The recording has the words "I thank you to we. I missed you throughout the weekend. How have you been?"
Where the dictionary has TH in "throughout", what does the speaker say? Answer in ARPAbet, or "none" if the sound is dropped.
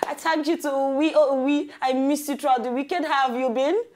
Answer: T